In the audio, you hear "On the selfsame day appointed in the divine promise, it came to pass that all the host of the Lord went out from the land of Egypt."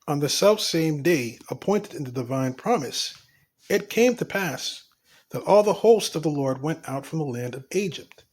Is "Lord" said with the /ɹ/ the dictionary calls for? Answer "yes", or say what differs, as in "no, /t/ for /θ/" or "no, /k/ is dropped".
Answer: yes